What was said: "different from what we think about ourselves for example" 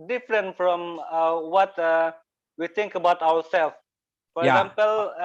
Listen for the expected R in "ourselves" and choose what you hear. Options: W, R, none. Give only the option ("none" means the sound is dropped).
W